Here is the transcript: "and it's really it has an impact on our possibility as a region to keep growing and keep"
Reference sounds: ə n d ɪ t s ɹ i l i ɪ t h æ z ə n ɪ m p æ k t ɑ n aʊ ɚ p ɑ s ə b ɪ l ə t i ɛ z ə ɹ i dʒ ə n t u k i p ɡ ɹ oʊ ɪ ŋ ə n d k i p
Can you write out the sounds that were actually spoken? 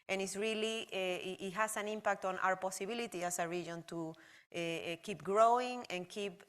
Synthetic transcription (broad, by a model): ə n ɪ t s ɹ i l i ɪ t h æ s ə n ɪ m p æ k t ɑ n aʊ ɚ p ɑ s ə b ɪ l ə t i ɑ s ə ɹ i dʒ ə n t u k i p ɡ ɹ oʊ ɪ ŋ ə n k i p